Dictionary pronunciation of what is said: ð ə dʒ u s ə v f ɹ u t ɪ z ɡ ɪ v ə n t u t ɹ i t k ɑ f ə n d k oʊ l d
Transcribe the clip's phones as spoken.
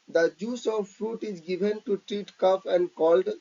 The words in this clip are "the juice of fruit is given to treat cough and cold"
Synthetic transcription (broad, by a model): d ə dʒ u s ə v f ɹ u t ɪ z ɡ ɪ v ə n t u t ɹ i t k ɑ p ə n d k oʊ l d